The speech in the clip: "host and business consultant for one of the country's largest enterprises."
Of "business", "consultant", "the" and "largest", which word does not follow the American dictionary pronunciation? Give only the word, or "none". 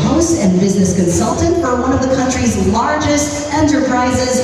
none